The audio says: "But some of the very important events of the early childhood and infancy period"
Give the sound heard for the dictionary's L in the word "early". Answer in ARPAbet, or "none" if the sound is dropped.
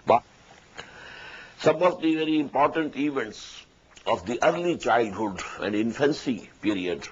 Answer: L